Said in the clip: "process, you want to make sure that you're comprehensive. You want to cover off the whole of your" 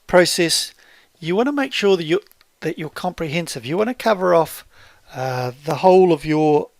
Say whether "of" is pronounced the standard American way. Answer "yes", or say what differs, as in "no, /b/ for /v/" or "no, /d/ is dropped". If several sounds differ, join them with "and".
yes